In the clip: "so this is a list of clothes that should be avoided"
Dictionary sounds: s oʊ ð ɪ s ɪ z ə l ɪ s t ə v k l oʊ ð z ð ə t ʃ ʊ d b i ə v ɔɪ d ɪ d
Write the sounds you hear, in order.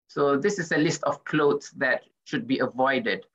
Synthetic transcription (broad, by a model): s oʊ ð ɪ s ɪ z ə l ɪ s t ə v k l oʊ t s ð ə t ʃ ʊ d b i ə v ɔɪ d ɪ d